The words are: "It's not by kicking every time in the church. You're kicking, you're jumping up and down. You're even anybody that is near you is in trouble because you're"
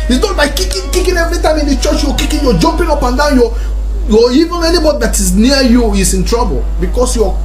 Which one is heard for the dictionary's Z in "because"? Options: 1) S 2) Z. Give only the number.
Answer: 1